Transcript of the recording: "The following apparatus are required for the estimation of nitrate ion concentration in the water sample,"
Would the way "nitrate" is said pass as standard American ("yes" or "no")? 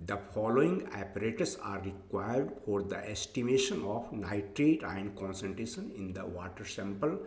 yes